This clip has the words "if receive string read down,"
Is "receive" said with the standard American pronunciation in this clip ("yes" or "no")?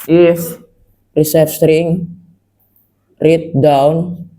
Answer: no